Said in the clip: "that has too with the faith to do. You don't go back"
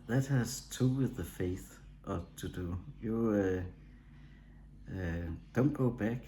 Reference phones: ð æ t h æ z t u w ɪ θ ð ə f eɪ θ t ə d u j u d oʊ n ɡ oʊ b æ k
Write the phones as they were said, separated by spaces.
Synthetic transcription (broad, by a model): ð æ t h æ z t u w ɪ ð ə f eɪ θ t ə d u j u d oʊ n ɡ oʊ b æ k